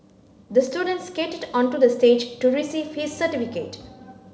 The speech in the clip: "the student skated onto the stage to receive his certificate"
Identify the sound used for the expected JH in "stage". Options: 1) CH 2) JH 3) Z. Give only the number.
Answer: 2